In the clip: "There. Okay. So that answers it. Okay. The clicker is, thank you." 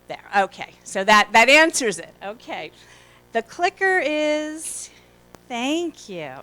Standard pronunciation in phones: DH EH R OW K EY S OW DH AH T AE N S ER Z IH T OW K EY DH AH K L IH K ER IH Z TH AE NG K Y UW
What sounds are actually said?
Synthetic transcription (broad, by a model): DH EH R OW K EY S OW DH AH T AE N S ER Z IH T OW K EY DH AH K L IH K ER IH Z TH AE NG K Y UW